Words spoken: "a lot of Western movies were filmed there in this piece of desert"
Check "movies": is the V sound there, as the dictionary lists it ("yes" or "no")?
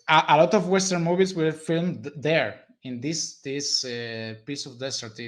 no